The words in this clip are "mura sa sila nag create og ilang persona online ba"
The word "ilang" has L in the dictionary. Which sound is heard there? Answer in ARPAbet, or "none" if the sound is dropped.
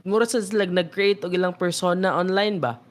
L